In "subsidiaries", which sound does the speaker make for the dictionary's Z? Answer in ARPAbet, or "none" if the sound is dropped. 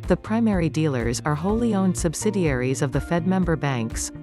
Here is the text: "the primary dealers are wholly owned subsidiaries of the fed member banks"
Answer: Z